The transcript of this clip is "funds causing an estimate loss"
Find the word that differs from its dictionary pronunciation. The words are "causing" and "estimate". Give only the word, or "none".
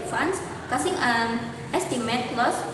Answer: causing